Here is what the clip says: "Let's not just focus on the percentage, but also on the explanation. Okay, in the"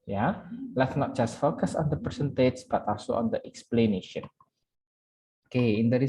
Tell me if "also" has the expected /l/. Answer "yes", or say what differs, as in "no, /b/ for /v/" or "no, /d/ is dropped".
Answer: no, /l/ is dropped